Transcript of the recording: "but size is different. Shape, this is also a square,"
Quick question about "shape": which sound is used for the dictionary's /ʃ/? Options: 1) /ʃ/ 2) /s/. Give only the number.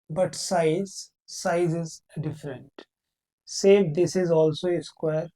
2